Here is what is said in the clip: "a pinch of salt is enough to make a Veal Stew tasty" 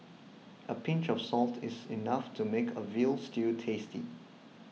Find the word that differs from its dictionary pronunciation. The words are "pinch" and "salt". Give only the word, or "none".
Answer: none